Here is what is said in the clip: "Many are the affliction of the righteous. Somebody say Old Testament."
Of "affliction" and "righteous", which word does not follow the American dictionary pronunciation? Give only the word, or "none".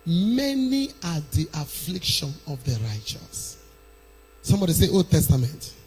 none